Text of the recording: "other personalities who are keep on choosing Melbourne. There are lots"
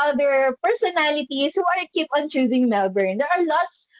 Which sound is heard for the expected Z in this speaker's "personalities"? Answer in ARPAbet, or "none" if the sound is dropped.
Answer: S